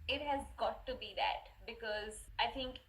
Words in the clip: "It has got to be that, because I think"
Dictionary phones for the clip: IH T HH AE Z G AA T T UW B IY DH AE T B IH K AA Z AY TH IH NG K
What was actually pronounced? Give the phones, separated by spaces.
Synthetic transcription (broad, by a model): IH T HH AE Z G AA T T UW B IY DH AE T B IH K AA Z AY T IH NG K